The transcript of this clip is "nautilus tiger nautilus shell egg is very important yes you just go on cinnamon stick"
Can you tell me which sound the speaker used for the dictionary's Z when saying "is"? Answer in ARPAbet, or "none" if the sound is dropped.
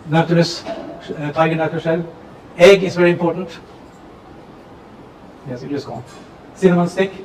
S